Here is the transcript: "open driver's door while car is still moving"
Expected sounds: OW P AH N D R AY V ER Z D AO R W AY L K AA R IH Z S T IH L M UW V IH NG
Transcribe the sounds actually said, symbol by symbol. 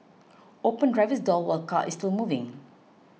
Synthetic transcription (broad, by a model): OW P AH N D R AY V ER S D AO L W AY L K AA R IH S T IH L M UW V IH NG